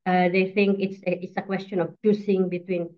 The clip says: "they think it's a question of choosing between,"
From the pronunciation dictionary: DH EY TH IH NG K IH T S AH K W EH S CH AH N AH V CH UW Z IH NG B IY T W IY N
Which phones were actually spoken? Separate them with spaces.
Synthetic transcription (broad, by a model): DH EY TH IH NG K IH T S AH K W EH S CH AH N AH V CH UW S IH NG B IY T W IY N